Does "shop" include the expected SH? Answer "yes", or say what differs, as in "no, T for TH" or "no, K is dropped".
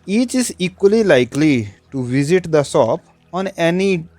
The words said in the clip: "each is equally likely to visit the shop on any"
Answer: no, S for SH